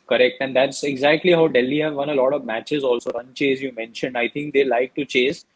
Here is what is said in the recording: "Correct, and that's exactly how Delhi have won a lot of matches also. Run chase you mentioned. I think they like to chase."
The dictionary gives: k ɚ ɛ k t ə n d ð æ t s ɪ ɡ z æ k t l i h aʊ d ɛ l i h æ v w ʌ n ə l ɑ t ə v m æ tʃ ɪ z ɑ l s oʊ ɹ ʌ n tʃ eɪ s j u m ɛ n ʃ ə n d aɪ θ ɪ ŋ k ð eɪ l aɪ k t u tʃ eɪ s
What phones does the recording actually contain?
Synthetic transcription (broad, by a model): k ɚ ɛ k t ə n d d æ t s ɪ ɡ z æ k t l i h aʊ d ɛ l i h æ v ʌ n ə l ɑ t ə v m æ tʃ ɪ z ɑ l s oʊ ɹ ʌ n tʃ eɪ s j u m ɛ n ʃ ə n d aɪ t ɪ ŋ k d eɪ l aɪ k t u tʃ eɪ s